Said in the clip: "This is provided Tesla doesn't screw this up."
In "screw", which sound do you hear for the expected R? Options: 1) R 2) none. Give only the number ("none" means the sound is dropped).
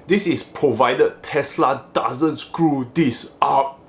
1